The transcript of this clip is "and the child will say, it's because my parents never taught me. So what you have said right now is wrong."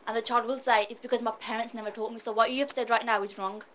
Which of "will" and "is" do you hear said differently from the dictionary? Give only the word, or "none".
none